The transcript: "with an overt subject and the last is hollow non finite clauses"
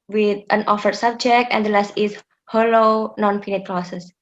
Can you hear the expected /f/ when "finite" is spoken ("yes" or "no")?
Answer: no